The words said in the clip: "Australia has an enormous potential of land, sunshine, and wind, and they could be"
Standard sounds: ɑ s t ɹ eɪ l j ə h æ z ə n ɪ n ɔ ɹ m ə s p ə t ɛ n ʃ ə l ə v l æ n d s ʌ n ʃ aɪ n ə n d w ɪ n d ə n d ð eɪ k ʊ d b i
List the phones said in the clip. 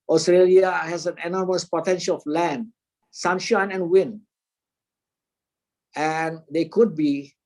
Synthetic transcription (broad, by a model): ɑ s t ɹ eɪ l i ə h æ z ə n ɪ n ɔ ɹ m ə s p ə t ɛ n ʃ ə l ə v l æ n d s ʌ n ʃ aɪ n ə n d w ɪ n ə n d eɪ k ʊ d b i